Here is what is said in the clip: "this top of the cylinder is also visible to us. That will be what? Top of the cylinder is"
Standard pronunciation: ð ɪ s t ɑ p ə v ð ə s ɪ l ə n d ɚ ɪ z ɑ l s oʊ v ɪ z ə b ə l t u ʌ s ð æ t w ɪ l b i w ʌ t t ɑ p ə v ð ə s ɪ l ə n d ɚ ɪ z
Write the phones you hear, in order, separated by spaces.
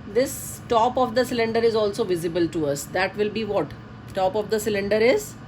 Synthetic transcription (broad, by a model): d ɪ s t ɑ p ə v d ə s ɪ l ə n d ɚ ɪ z ɑ l s oʊ v ɪ z ə b ə l t u ʌ s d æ t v ɪ l b i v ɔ t t ɑ p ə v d ə s ɪ l ə n d ɚ ɪ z